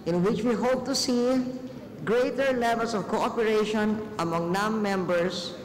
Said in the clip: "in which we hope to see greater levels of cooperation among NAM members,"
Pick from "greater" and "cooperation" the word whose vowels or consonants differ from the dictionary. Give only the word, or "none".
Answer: none